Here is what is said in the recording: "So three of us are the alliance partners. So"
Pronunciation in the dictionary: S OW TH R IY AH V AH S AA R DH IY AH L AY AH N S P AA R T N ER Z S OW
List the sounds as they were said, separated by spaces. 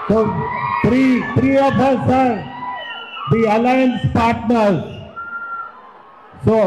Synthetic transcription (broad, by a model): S OW T R IY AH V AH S AA R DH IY AH L AY AH N S P AA R T N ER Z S OW